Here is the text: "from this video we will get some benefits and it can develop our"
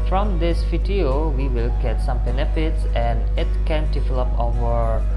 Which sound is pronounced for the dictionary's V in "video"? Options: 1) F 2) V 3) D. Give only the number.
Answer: 1